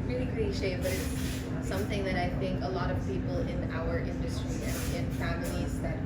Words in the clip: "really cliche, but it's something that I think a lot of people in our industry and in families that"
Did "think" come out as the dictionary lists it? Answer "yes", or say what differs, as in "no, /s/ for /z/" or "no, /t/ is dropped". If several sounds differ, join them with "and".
yes